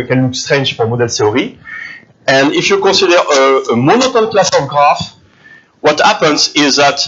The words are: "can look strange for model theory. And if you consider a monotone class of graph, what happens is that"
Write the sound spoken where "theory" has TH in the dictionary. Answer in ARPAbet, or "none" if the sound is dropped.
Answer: T